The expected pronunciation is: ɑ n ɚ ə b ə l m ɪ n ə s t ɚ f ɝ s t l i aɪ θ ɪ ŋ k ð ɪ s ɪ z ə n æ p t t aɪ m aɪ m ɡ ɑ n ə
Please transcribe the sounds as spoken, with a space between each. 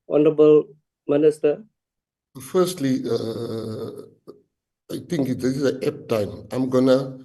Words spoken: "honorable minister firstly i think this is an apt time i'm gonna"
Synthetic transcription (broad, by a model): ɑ n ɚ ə b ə l m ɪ n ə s t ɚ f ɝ s t l i aɪ t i ŋ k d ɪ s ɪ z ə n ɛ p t t aɪ m aɪ m ɡ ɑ n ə